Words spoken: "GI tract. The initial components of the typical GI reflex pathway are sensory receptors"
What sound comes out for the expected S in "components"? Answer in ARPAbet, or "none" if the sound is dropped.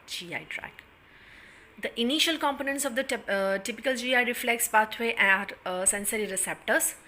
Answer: S